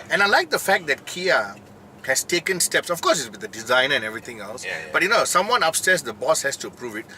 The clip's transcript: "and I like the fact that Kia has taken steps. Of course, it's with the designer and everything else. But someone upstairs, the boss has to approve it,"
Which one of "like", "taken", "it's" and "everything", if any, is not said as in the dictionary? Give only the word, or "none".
everything